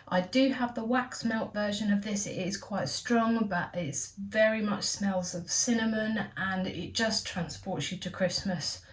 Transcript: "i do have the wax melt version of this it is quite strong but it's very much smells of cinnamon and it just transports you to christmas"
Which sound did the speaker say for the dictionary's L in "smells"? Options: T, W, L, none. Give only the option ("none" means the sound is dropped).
L